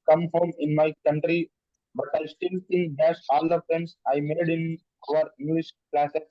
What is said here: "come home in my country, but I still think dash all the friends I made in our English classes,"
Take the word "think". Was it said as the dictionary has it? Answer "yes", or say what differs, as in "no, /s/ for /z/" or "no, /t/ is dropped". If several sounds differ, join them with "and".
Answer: no, /s/ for /θ/